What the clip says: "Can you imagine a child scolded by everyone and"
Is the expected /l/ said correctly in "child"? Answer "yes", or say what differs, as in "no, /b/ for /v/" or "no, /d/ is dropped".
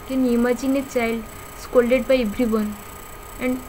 yes